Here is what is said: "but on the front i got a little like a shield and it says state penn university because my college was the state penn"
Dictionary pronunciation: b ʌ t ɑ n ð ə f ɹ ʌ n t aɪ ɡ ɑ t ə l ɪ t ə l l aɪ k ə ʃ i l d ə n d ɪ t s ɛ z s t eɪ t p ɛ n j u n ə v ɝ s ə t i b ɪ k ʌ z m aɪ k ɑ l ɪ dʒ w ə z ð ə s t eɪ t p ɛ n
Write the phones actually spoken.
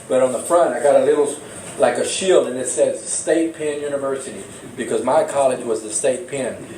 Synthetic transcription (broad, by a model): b ʌ t n ð ə f ɹ ʌ n t aɪ ɡ ɑ t ə l ɪ t l l aɪ k ə ʃ i l d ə n ɪ t s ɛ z s t eɪ t p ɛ n j u n ə v ɝ s ə t i b ɪ k ʌ z m aɪ k ɑ l ɪ dʒ w ə z ð ə s t eɪ t p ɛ n